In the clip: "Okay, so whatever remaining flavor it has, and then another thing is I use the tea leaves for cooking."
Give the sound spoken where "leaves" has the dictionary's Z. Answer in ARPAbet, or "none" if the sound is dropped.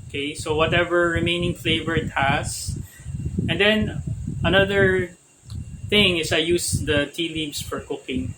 S